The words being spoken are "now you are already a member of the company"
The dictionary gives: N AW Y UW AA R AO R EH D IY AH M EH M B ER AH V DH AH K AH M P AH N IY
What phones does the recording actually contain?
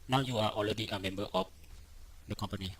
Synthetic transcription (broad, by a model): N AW Y UW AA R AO L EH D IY AH M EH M B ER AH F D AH K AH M P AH N IY